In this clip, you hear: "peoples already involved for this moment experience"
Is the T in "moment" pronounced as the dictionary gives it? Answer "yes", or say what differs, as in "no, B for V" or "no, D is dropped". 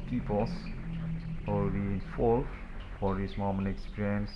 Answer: no, T is dropped